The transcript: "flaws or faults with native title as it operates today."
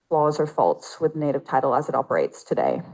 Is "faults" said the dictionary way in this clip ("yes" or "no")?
yes